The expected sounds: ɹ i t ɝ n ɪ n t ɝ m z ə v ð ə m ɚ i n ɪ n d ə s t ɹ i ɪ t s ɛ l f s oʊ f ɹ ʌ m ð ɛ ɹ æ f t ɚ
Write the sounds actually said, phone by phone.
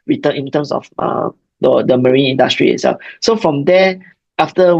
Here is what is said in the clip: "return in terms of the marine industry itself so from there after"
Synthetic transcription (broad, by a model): ɹ i t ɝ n ɪ n t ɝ m s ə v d ə m ɚ i n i n d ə s t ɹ i ɪ t s ɛ l f s oʊ f ɹ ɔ m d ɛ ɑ f t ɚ